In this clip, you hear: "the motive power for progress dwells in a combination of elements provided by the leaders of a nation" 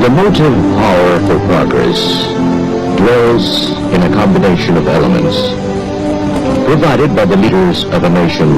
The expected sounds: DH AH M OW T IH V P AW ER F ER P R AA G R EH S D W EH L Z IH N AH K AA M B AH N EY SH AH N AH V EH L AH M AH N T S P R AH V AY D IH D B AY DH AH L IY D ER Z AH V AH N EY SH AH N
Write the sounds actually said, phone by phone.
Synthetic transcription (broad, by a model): DH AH M OW T IH V P AW ER F ER P R AA G R EH S D W EH L Z IH N AH K AA M B AH N EY SH AH N AH V EH L AH M AH N T S P R AH V AY D IH D B AY DH AH L IY D ER Z AH V AH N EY SH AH N